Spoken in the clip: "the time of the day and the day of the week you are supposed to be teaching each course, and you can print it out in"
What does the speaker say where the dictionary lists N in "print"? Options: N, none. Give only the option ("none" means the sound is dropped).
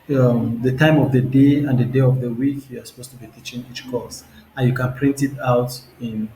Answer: N